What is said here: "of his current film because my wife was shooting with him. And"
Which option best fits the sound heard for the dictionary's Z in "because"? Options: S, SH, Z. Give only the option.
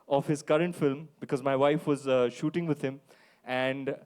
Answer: Z